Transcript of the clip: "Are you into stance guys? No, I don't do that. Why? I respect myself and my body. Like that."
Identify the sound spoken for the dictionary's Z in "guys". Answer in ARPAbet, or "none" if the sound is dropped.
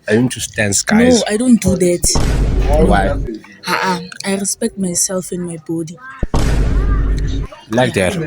none